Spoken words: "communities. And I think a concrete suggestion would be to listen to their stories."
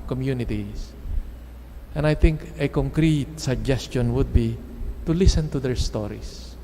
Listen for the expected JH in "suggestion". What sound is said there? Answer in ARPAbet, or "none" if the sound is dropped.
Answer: JH